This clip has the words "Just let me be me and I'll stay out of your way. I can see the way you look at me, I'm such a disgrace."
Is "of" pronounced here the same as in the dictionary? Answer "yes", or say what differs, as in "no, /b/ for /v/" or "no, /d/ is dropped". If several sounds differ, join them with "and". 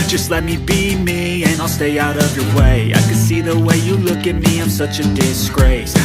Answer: yes